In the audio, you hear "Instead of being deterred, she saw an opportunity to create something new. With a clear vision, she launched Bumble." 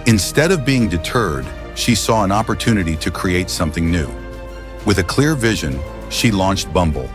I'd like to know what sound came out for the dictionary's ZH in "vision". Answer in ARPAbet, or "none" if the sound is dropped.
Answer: ZH